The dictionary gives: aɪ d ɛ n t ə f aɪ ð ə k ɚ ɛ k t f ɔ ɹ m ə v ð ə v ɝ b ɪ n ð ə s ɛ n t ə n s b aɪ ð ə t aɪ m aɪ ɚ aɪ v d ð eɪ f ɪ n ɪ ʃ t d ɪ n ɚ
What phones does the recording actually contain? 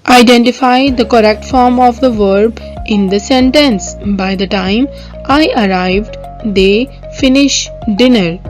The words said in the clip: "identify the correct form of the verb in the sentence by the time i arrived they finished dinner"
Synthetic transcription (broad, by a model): aɪ d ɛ n t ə f aɪ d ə k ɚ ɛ k t f ɔ ɹ m ə v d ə v ɝ b ɪ n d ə s ɛ n t ə n s b aɪ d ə t aɪ m aɪ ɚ aɪ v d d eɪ f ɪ n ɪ ʃ d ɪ n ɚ